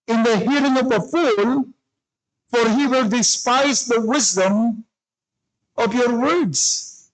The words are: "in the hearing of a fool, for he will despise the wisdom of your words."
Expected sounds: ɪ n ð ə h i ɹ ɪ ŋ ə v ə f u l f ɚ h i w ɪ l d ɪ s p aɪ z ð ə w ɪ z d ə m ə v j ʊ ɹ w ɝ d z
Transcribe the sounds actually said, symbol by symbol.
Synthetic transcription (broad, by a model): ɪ n ð ə h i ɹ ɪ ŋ ə v ə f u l f ɚ h i w ɪ l d ɪ s p aɪ z ð ə w ɪ z d ə m ə v j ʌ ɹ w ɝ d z